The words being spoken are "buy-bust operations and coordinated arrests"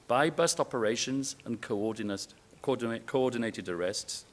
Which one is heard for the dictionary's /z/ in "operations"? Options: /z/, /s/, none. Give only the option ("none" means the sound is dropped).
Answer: /z/